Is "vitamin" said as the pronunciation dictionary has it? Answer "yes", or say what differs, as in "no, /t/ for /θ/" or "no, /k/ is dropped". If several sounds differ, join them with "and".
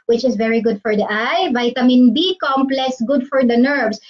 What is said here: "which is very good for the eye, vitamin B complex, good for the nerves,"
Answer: yes